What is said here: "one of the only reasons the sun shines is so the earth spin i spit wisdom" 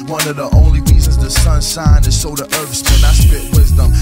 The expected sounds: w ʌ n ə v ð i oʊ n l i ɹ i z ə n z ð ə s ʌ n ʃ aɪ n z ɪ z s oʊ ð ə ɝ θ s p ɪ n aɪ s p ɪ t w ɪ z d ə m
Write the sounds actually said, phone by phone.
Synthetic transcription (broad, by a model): w ʌ n ə v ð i oʊ n l i ɹ i z ə n z ð ə s ʌ n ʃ aɪ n ɪ z s oʊ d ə ɝ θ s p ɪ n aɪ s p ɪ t w ɪ z d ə m